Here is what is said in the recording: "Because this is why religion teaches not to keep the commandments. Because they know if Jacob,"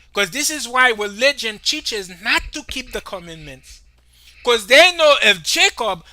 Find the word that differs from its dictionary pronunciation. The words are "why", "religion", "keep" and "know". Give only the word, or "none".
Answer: religion